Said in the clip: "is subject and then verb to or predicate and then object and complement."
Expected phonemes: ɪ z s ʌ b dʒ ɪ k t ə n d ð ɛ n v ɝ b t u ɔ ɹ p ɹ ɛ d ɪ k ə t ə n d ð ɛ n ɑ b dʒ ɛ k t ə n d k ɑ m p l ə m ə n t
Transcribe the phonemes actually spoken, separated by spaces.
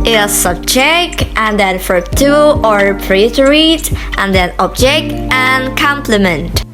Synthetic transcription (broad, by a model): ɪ s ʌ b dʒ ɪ k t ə n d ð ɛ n f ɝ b t u ɔ ɹ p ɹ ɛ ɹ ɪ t t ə n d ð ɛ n ɑ b dʒ ɛ k t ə n k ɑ m p l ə m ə n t